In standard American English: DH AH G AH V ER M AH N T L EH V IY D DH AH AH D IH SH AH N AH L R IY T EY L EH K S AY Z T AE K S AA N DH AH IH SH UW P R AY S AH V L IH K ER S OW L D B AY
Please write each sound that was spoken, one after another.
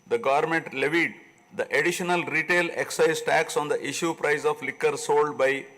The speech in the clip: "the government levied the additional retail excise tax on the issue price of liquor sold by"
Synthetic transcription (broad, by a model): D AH G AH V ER M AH N T L EH V IY D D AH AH D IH SH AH N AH L R IY T EY L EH K S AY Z T AE K S AA N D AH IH SH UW P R AY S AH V L IH K ER S OW L D B AY